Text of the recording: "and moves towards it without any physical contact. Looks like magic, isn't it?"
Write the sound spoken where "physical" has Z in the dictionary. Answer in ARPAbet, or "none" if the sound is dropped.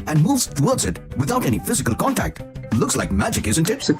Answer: Z